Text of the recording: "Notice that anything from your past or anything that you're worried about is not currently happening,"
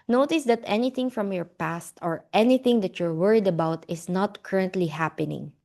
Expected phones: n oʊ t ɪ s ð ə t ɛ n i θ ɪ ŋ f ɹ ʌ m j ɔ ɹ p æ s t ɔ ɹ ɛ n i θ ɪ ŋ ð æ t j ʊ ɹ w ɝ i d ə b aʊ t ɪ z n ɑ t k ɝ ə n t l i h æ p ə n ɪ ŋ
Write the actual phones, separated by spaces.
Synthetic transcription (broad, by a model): n oʊ t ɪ s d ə t ɛ n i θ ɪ ŋ f ɹ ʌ m j ɔ ɹ p æ s t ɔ ɹ ɛ n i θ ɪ ŋ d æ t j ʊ ɹ w ɝ i d ə b aʊ t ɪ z n ɑ t k ɝ ə n t l i h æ p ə n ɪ ŋ